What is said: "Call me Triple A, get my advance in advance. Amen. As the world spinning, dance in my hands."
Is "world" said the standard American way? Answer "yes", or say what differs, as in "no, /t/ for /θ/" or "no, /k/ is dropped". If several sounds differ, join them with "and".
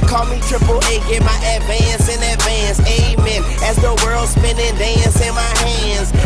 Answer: yes